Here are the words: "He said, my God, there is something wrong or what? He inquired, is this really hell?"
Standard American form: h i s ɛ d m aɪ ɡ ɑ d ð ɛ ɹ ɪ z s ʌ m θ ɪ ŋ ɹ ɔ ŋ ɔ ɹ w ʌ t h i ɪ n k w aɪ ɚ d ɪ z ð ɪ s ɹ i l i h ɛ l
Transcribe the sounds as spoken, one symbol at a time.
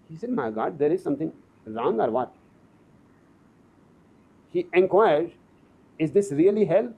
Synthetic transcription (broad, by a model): h i s ɛ d m aɪ ɡ ɑ d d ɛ ɹ ɪ z s ʌ m t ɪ ŋ ɹ ɔ ŋ ɔ ɹ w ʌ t h i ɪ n k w aɪ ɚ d ɪ z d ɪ s ɹ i l i h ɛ l